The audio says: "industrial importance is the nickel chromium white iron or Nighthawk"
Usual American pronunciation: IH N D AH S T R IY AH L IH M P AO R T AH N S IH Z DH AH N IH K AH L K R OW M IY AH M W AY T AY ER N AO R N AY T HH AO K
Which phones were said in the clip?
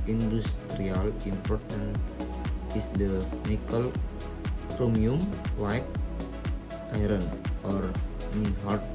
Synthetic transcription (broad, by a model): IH N D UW S T R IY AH L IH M P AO R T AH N IH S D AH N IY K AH L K R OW M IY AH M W AY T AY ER N AO R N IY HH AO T